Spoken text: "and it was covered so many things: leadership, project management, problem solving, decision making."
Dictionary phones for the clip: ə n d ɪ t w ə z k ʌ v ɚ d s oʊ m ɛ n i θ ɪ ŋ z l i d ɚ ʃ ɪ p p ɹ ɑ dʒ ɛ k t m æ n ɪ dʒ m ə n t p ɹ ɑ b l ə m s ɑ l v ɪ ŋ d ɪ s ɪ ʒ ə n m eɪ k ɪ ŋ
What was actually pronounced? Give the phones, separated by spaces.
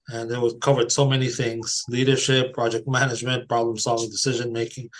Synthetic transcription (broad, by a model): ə n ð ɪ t w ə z k ʌ v ɚ d s oʊ m ɛ n i θ ɪ ŋ z l i d ɚ ʃ ɪ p p ɹ ɑ dʒ ɛ k t m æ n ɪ dʒ m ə n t p ɹ ɑ b l ə m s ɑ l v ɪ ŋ d ɪ s ɪ ʒ ə n m eɪ k ɪ ŋ